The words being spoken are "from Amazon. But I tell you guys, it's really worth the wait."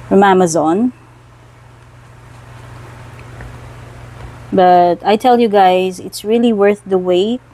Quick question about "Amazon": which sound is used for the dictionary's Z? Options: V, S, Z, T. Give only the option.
Z